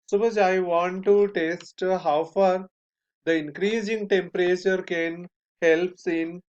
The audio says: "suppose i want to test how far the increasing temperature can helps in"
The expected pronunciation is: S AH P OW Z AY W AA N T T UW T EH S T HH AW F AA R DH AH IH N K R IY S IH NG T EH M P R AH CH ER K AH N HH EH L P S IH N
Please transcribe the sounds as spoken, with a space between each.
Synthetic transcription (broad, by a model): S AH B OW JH AY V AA N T T UW T EH S T HH AW F AA R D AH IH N K R IY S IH NG T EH M P R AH CH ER K AH N HH EH L P S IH N